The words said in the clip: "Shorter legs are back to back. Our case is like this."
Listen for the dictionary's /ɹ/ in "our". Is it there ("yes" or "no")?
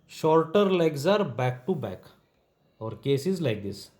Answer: yes